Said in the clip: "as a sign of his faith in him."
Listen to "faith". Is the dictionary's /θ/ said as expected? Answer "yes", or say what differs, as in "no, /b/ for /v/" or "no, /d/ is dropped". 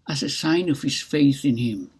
yes